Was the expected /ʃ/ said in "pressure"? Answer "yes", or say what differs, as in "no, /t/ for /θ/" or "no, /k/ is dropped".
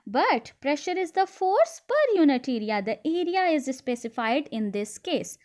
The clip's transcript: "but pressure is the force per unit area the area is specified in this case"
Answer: yes